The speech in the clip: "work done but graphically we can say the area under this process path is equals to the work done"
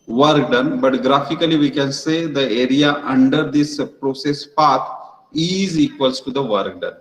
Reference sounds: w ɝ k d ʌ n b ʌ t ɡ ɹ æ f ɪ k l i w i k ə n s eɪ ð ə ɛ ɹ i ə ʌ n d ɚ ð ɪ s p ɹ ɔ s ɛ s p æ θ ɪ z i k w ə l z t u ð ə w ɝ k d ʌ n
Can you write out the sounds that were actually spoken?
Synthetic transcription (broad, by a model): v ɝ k d ʌ n b ʌ t ɡ ɹ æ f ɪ k l i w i k ə n s eɪ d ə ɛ ɹ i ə ʌ n d ɚ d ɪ s p ɹ ɔ s ɛ s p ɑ t ɪ z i k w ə l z t u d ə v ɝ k d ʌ n